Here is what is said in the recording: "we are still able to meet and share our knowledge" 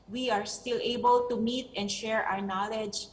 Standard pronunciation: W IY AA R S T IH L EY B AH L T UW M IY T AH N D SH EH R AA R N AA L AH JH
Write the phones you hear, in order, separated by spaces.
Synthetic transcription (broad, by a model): W IY AA R S T IH L EY B AH L T UW M IY T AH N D SH EH R AA R N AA L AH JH